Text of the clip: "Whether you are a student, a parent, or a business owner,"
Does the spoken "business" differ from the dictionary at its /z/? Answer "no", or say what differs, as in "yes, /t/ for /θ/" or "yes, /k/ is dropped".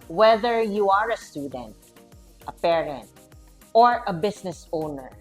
yes, /s/ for /z/